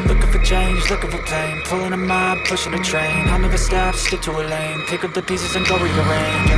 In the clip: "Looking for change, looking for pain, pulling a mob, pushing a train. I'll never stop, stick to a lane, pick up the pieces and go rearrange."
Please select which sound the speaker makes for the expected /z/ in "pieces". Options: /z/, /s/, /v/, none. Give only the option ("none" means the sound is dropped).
/z/